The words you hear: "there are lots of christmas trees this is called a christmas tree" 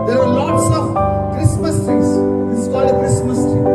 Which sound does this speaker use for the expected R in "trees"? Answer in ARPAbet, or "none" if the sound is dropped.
none